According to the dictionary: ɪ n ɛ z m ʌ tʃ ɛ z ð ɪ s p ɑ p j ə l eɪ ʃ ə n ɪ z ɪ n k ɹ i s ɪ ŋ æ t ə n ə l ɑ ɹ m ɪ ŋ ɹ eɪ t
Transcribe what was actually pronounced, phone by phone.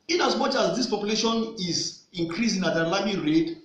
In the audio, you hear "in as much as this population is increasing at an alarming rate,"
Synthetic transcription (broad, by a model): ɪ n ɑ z m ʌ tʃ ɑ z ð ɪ s p ɑ p j ə l eɪ ʃ ə n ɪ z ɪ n k ɹ i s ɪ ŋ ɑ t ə l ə ɪ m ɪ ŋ ɹ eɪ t